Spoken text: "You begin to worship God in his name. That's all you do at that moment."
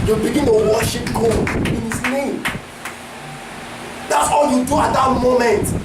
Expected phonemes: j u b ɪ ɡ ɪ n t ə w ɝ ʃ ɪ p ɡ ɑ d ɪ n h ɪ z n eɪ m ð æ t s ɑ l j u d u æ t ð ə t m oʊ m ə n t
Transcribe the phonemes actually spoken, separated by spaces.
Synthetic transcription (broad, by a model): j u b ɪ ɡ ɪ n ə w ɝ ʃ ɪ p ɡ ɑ ɪ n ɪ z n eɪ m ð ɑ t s ɑ l j u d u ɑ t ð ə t m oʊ m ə n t